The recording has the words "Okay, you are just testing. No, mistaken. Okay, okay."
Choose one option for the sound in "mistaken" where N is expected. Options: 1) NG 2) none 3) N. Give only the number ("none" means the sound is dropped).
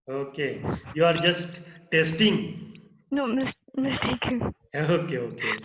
2